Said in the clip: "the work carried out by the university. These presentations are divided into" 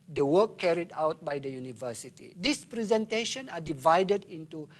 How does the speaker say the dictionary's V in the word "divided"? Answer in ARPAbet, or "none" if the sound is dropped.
V